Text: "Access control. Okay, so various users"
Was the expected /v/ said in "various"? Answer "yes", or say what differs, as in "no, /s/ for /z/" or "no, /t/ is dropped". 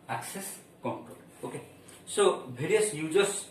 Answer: no, /b/ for /v/